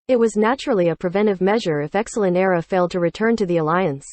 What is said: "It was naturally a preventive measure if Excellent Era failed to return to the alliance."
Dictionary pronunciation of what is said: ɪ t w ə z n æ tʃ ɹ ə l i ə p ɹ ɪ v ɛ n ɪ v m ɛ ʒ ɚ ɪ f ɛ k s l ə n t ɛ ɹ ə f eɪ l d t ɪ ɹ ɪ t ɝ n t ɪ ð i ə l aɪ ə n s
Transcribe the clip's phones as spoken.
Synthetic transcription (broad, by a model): ɪ t w ə z n æ tʃ ɹ l i ə p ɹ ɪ v ɛ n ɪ v m ɛ ʒ ɚ ɪ f ɛ k s l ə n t ɛ ɹ ə f eɪ l d t ɪ ɹ ɪ t ɝ n t ɪ ð i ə l aɪ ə n s